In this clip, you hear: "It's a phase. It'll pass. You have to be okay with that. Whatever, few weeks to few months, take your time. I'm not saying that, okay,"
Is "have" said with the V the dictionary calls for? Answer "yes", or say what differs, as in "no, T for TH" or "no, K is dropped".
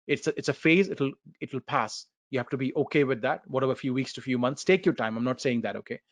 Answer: no, F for V